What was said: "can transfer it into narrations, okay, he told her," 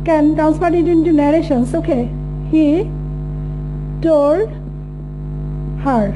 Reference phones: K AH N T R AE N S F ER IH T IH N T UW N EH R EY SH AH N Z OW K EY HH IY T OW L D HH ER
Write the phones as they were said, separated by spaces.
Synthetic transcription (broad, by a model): K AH N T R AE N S P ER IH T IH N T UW N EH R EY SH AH N S OW K EY HH IY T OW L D HH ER